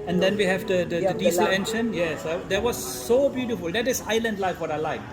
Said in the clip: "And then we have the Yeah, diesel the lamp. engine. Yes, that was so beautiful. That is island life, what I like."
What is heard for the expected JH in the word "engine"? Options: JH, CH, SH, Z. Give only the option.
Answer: SH